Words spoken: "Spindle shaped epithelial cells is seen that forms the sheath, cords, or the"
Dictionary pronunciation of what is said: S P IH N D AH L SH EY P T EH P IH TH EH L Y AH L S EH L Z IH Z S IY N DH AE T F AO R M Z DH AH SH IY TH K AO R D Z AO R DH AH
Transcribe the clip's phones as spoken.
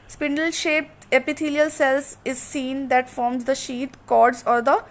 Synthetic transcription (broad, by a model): S P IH N D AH L SH EY P T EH P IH T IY L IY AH L S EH L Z IH Z S IY N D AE T F AO R M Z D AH SH IY T K AO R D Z AO R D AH